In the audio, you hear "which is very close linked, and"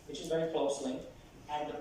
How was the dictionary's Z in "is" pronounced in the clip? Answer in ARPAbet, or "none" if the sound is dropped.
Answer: Z